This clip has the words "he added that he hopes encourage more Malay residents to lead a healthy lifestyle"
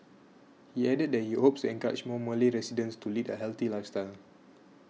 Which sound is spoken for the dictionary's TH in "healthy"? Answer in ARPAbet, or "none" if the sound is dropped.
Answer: T